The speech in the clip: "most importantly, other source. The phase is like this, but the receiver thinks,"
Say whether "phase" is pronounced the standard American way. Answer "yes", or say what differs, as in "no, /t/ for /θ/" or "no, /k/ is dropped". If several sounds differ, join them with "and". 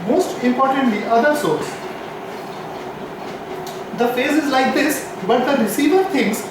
yes